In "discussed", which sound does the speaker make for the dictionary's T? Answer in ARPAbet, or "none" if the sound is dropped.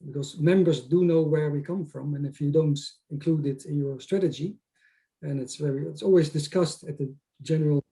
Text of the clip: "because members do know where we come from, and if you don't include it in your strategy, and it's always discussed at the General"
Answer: T